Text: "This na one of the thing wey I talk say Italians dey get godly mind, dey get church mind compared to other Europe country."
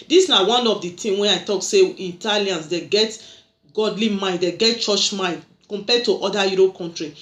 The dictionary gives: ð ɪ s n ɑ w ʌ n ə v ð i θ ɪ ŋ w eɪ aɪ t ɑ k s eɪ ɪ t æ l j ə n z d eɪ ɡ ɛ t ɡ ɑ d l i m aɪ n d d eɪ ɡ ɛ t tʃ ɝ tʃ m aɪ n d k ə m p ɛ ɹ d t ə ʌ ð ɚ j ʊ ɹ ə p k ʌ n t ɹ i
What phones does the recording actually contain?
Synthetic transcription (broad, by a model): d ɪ s n ɑ w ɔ n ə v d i t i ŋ w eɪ aɪ t ɑ k s eɪ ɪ t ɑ l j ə n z d eɪ ɡ ɛ t ɡ ɑ d l i m aɪ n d d eɪ ɡ ɛ t tʃ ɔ tʃ m aɪ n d k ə m p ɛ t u t ə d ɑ j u ɹ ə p k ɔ n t ɹ i